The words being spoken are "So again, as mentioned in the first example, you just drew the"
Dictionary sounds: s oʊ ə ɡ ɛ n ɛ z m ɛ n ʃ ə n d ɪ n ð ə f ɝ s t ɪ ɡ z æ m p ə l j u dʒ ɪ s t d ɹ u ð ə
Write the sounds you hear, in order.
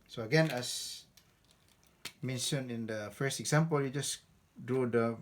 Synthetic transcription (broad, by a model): s oʊ ə ɡ ɛ n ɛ s m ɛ n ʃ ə n ɪ n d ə f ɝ s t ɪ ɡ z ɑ m p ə l j u dʒ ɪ s d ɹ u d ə